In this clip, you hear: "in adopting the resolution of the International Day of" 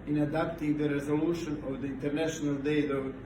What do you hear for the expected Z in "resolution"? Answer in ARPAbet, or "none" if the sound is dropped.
Z